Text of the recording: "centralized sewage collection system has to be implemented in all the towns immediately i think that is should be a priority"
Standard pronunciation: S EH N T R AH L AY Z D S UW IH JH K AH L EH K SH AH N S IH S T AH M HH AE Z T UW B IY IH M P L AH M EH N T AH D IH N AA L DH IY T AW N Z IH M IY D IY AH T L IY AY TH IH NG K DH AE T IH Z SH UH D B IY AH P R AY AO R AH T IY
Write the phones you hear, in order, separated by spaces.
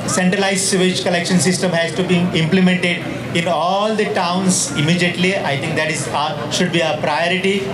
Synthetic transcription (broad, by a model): S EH N T R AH L AY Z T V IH CH K AH L EH K SH AH N S IH S T AH M HH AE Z T UW B IY IH M P L AH M EH N T AH D IH N AA L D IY T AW N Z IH M IY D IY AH T L IY AY T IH NG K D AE T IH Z SH UH D B IY AH P R AY AO R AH T IY